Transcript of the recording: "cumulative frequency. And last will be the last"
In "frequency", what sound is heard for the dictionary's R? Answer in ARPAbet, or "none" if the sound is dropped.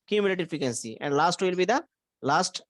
none